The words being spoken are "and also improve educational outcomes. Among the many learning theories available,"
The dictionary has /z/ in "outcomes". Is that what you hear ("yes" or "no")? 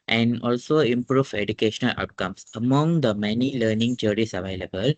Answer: no